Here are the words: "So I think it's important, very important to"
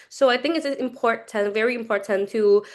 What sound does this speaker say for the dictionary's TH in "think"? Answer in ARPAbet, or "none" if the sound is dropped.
TH